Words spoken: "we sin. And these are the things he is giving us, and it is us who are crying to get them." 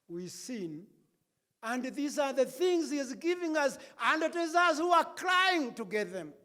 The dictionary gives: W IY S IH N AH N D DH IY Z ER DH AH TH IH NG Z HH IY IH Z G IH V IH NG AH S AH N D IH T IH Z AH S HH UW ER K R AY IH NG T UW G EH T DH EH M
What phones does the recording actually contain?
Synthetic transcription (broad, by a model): W IY S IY N AH N D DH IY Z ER DH AH TH IH NG Z HH IY IH Z G IH V IH NG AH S AH N D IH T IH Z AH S HH UW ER K R AY IH NG T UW G EH T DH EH M